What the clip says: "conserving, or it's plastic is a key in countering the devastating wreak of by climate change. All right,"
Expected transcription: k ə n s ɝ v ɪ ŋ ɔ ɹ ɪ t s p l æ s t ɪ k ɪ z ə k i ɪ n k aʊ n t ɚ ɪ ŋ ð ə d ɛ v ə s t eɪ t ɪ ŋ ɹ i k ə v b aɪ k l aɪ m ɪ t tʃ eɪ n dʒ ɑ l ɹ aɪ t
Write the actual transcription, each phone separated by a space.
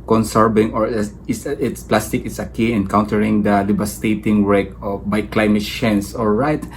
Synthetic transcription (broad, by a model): k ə n s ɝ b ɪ ŋ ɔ ɹ ɪ t s p l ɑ s t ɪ k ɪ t ə k i ɪ n k aʊ n t ɚ ɪ ŋ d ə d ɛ b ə s t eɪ t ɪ ŋ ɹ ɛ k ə b aɪ k l aɪ m ɪ t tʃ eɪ n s ɑ l ɹ aɪ t